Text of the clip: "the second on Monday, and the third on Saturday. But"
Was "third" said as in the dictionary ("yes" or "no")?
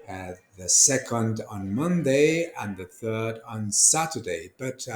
yes